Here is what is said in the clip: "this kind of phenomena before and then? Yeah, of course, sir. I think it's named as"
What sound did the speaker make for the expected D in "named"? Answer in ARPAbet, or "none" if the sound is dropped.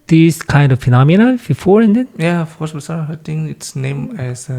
none